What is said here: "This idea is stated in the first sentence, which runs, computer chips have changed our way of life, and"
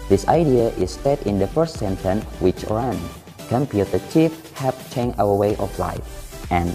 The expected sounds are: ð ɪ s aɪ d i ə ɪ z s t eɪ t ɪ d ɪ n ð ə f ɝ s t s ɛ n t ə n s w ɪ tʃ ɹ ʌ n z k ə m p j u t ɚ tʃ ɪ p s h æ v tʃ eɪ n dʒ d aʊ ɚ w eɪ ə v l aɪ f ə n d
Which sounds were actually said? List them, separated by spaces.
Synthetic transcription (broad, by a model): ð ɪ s aɪ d i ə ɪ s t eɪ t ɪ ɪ n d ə f ɝ s t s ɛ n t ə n w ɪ tʃ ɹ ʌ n k ə m p j u t ɚ tʃ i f h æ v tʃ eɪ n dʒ aʊ ɚ w eɪ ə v l aɪ f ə n